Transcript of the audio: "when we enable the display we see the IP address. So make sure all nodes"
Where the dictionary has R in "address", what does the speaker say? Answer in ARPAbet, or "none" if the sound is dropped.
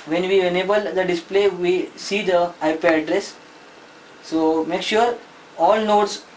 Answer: R